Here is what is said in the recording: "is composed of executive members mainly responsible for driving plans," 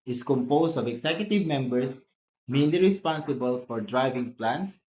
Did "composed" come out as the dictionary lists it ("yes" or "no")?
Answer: no